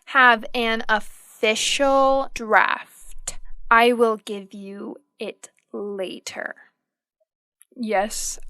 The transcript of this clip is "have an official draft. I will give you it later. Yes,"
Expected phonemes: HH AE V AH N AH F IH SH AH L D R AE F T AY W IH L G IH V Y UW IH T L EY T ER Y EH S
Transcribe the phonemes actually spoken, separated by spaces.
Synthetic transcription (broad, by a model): HH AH V AH N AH F IH SH L D R AE F T AY W IH L G IH V Y UW IH T L EY T ER Y EH S